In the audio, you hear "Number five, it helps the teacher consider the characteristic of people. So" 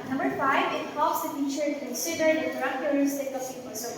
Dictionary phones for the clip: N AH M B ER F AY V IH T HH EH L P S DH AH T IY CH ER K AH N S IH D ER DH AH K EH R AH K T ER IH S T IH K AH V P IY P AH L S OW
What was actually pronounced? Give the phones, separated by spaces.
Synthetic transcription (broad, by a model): N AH M B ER F AY V IH T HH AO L S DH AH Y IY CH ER K AH N S IH D ER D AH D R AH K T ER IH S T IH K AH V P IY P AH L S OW